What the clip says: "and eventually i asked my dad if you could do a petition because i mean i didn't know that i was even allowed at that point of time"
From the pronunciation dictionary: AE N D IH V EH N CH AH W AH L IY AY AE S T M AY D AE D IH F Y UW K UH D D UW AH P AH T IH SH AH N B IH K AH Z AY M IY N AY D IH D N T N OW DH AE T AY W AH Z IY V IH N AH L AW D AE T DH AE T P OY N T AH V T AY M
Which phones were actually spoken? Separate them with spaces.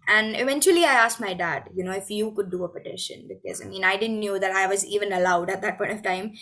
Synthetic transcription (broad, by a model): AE N D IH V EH N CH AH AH L IY AY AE S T M AY D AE D IH F Y UW K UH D D UW AH P AH T IH SH AH N B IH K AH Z AY M IY N AY D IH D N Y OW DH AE T AY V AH Z IY V IH N AH L AW D AE T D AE T P OY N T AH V T AY M